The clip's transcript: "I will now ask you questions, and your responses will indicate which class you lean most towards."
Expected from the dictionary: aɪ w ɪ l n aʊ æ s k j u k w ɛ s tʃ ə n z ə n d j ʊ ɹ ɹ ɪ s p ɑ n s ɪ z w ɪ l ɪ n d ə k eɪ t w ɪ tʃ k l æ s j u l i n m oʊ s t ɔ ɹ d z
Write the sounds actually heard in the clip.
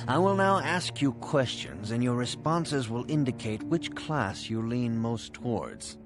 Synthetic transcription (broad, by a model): aɪ w ɪ l n aʊ æ s k j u k w ɛ s tʃ ə n z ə n j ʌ ɹ ɹ ɪ s p ɑ n s ɪ z w ɪ l ɪ n d ə k eɪ t w ɪ tʃ k l æ s j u l i n m oʊ s t ɔ ɹ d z